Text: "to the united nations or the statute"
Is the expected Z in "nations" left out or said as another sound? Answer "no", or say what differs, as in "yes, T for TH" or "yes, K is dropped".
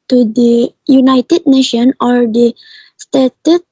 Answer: yes, Z is dropped